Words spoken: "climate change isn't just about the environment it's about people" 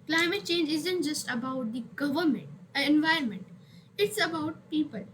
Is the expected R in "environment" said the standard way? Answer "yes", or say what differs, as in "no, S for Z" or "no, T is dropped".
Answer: yes